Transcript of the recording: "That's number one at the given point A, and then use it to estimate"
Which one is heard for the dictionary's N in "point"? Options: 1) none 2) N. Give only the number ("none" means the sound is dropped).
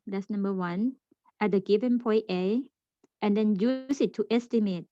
1